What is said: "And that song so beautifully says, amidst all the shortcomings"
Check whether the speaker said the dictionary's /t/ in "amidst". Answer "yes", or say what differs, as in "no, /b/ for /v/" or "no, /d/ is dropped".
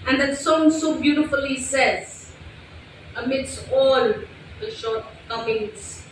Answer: yes